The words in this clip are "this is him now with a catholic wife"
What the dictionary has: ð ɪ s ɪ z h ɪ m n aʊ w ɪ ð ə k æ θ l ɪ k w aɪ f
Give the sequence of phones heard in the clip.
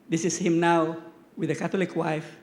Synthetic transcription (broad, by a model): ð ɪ s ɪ s h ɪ m n aʊ w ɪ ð ə k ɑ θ l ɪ k w aɪ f